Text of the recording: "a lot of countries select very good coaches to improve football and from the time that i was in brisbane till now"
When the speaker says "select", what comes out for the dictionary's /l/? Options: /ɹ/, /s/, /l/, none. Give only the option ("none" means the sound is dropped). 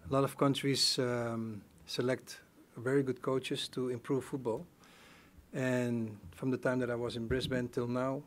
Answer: /l/